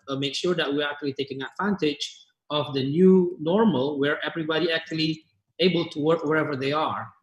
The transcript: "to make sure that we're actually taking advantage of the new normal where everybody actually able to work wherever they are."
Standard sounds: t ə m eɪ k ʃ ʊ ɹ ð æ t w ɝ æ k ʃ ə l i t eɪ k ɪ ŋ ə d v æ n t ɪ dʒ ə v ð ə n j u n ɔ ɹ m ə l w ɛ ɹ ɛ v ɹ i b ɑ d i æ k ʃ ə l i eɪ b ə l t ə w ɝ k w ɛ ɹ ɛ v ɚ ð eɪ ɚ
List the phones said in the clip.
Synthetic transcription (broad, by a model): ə m eɪ k ʃ ʊ ɹ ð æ t w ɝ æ k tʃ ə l i t eɪ k ɪ ŋ ə d v æ n t ɪ dʒ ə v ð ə n j u n ɔ ɹ m ə l w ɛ ɹ ɛ v ɹ i b ɑ d i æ k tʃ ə l i eɪ b ə l t ə w ɝ k w ɛ ɹ ɛ v ɚ ð eɪ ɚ